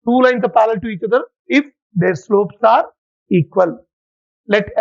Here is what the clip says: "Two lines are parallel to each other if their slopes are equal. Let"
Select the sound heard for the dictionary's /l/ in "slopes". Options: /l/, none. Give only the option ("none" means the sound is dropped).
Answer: /l/